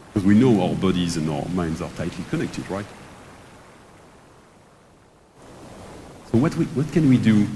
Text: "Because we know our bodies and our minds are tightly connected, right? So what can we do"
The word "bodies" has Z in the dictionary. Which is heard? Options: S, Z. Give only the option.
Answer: Z